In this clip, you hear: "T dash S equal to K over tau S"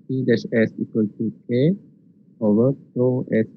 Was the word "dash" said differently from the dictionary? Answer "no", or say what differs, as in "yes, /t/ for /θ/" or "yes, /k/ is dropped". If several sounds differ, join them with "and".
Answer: yes, /s/ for /ʃ/